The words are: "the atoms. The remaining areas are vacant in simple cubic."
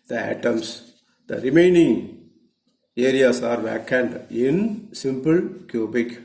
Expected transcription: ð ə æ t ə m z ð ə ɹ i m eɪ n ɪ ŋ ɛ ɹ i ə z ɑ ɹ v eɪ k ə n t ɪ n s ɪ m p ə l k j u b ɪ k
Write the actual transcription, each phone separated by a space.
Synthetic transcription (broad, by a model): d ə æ t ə m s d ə ɹ i m eɪ n ɪ ŋ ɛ ɹ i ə s ɑ ɹ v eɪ k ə n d ɪ n s ɪ m p ə l k j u b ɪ k